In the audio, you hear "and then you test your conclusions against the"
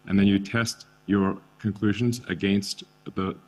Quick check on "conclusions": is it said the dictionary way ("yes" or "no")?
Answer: yes